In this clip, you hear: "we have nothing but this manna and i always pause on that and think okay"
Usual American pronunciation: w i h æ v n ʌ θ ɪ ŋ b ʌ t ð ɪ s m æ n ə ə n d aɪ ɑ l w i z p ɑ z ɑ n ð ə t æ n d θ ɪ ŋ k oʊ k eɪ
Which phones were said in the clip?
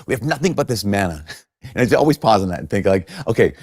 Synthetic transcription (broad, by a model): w i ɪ v n ʌ θ ɪ ŋ b ʌ t ð ɪ s m æ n ə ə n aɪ ɑ l w i z p ɑ z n ð ə t n θ ɪ ŋ k oʊ k eɪ